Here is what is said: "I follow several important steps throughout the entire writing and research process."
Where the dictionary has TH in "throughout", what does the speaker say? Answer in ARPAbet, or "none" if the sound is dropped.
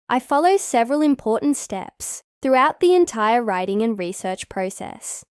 TH